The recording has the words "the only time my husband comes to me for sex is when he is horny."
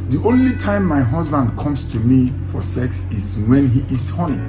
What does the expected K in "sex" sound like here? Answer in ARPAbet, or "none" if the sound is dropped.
K